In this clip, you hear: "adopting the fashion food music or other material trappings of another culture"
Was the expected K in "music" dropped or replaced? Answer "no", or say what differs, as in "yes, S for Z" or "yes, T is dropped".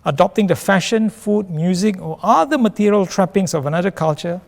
no